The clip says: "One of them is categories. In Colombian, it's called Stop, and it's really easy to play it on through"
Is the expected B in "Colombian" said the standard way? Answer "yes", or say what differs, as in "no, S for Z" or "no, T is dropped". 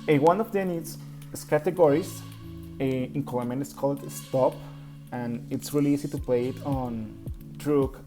no, B is dropped